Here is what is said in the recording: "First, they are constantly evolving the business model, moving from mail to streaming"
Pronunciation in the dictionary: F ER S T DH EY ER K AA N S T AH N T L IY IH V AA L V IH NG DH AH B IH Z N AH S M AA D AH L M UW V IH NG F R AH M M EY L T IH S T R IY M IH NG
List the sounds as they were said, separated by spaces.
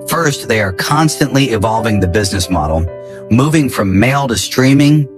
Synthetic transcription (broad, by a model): F ER S T DH EY ER K AA N S T AH N T L IY IH V AA L V IH NG DH AH B IH Z N AH S M AA D L M UW V IH NG F R AH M M EY L T IH S T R IY M IH NG